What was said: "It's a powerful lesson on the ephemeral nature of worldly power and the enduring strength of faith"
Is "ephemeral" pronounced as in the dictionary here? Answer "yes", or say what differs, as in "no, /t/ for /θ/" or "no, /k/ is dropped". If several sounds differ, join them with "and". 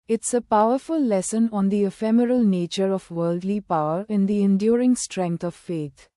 yes